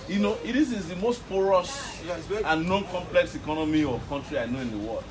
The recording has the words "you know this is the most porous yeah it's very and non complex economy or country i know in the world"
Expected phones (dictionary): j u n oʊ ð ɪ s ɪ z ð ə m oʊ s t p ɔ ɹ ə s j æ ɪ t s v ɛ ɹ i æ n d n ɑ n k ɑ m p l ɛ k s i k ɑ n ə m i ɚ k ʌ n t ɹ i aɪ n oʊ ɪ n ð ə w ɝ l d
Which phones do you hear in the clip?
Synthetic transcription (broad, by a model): j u n oʊ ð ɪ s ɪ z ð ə m oʊ s t p ɔ ɹ ə s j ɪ n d n ɑ n k ɑ m p l ɛ k s i k ɑ n ə m i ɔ k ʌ n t ɹ i aɪ n oʊ ɪ n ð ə w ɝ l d